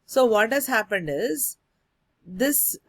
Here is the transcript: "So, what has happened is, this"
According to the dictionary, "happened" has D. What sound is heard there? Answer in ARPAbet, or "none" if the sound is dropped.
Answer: D